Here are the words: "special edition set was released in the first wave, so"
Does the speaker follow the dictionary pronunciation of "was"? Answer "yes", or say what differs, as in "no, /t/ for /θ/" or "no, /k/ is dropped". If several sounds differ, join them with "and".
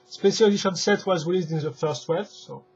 yes